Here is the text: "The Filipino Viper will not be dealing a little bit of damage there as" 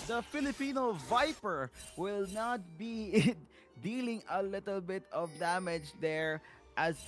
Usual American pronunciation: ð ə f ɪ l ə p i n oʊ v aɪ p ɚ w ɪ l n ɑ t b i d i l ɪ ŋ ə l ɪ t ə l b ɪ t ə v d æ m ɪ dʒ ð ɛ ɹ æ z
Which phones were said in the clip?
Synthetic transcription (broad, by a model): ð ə f ɪ l ə p i n oʊ v aɪ p ɚ w ɪ l n ɑ t b i d i l ɪ ŋ ə l ɪ t ə l b ɪ t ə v d æ m ɪ dʒ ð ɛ ɹ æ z